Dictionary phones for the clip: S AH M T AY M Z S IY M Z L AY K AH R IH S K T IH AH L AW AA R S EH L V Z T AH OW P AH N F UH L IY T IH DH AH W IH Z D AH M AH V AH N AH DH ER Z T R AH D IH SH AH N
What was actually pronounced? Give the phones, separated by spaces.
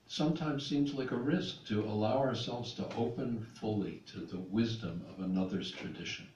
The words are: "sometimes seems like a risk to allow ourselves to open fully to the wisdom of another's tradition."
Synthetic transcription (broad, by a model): S AH M T AY M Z S IY M Z L AY K AH R IH S K T IH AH L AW AA R S EH L V Z T AH OW P AH N F UH L IY T IH DH AH W IH Z D AH M AH V AH N AH DH ER Z T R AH D IH SH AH N